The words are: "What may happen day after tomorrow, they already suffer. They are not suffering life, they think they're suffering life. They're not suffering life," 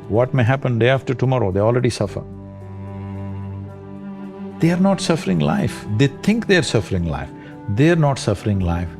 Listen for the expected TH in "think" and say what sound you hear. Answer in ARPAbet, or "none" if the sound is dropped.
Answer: T